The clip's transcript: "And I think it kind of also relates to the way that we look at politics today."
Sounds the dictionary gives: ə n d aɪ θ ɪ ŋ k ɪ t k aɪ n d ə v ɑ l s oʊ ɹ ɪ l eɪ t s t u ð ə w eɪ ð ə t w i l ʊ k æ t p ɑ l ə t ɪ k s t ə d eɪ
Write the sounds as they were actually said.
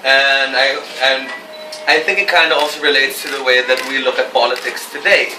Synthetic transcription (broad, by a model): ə n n aɪ θ ɪ ŋ k ɪ t k aɪ n d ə ɑ l s oʊ ɹ ɪ l eɪ t s t u ð ə w eɪ ð ə t w i l ʊ k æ t p ɑ l ə t ɪ k s t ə d eɪ